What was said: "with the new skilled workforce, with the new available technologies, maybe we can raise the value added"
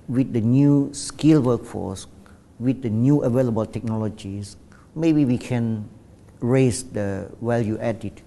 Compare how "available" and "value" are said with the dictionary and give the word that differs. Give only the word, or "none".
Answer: value